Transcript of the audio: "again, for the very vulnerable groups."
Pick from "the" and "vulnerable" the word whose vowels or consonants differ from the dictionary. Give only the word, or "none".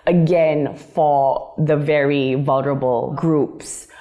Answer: none